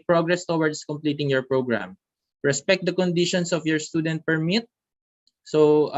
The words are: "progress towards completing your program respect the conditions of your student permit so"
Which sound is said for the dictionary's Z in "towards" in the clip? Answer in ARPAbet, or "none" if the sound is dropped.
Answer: S